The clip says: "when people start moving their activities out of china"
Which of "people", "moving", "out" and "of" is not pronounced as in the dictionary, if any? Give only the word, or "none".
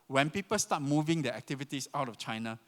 of